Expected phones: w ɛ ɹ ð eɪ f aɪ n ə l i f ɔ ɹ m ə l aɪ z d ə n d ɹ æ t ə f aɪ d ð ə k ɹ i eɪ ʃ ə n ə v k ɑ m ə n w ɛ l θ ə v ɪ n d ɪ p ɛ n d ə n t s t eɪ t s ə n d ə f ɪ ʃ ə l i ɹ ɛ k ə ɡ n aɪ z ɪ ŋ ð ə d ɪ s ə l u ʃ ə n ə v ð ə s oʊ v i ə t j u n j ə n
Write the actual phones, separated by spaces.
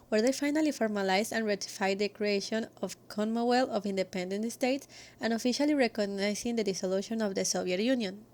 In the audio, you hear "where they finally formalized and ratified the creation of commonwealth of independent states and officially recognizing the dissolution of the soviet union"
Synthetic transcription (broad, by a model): w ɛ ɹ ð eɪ f aɪ n ə l i f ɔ ɹ m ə l aɪ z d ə n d ɹ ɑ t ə f aɪ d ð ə k ɹ i eɪ ʃ ə n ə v k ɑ m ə w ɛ l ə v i n d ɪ p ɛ n d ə n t s t eɪ t s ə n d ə f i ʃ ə l i ɹ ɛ k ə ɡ n aɪ s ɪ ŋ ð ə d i s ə l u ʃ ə n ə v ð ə s oʊ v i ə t j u n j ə n